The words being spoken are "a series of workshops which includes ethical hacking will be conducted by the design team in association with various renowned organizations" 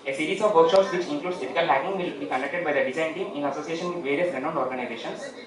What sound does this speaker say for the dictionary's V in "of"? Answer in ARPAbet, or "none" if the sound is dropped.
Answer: V